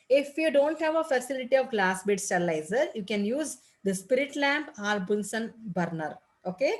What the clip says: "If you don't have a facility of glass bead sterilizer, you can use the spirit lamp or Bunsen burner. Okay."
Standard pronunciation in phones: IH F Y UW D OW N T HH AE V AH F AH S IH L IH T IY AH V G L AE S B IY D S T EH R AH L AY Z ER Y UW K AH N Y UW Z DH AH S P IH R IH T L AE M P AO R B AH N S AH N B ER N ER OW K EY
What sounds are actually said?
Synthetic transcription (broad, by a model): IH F Y UW D OW N T HH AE V AH F AH S IH L IH T IY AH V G L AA S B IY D S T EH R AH L AY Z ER Y UW K AH N Y UW Z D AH S P IH R IH T L AE M P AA L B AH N S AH N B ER N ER OW K EY